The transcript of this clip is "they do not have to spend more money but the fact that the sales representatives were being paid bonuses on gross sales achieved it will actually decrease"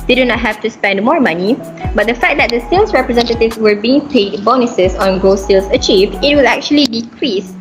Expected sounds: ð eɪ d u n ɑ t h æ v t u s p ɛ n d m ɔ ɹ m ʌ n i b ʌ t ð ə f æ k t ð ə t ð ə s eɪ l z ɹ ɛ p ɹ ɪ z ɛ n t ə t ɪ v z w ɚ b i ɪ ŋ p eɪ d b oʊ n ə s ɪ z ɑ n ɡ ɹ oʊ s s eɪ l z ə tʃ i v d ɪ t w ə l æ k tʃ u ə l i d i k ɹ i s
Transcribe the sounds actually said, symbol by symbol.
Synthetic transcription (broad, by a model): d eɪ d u n ɑ t h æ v t u s p ɛ n d m ɔ ɹ m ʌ n i b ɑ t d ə f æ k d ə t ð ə s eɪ l s ɹ ɛ p ɹ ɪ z ɛ n t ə t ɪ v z w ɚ b i ɪ ŋ p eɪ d b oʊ n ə s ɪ s ɑ n ɡ oʊ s s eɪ l s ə tʃ i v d ɪ t w ə l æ k tʃ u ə l i d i k ɹ i s